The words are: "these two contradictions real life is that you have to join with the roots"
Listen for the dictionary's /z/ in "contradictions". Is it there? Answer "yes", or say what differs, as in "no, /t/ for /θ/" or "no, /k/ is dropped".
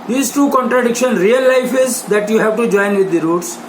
no, /z/ is dropped